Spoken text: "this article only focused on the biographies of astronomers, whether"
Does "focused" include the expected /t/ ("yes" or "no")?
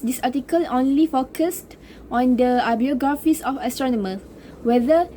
yes